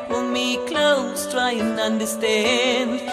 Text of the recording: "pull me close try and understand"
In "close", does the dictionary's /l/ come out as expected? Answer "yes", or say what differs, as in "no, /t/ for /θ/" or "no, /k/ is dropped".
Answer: yes